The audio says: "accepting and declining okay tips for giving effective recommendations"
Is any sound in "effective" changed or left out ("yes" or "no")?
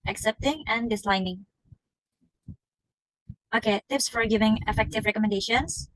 no